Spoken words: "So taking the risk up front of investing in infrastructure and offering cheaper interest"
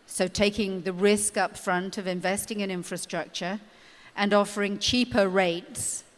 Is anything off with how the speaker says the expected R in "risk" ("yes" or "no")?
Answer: no